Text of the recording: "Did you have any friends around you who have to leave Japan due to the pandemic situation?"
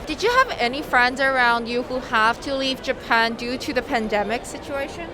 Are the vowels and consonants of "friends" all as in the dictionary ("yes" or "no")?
yes